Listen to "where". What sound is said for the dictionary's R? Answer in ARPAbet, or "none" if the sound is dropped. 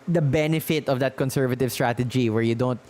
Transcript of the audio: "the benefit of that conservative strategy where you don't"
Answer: R